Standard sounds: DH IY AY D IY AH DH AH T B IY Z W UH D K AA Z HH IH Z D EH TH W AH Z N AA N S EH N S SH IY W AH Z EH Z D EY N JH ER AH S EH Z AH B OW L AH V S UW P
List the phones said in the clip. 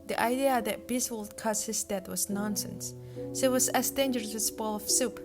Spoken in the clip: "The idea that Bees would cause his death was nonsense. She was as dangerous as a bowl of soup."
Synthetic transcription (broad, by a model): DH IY AY D IY AH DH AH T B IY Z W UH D K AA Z HH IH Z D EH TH W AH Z N AA N S EH N S S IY W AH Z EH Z D EY N JH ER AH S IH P AH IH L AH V S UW P